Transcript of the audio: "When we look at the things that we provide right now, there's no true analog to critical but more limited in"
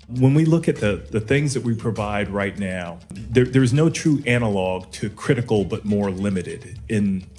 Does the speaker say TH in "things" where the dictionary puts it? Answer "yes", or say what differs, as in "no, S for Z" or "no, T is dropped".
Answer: yes